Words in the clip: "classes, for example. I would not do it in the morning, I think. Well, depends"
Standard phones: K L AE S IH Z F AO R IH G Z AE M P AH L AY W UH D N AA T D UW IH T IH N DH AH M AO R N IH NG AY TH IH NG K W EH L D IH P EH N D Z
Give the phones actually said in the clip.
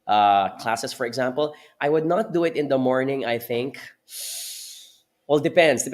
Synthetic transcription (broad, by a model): K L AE S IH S F AO R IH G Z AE M P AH L AY W UH D N AA T D UW IH T IH N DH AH M AO R N IH NG AY TH IH NG K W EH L D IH P EH N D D